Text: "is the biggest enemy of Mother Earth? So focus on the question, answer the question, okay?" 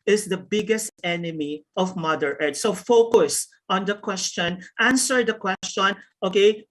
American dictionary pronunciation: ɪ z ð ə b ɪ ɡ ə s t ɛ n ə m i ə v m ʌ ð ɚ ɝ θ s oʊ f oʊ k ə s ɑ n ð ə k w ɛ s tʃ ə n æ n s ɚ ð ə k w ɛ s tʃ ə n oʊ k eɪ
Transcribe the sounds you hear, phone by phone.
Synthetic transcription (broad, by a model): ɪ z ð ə b ɪ ɡ ə s t ɛ n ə m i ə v m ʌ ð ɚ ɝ t s oʊ f oʊ k ə s ɑ n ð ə k w ɛ s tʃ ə n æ n s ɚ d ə k w ɛ s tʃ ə n oʊ k eɪ